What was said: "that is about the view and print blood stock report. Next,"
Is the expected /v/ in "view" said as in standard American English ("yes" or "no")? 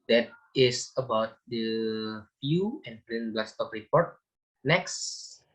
no